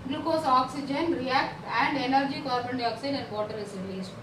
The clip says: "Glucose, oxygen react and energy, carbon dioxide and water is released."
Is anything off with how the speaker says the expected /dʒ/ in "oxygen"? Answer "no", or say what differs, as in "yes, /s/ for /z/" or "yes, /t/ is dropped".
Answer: no